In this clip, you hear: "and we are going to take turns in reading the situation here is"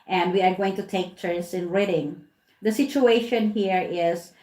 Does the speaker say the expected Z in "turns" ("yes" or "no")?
no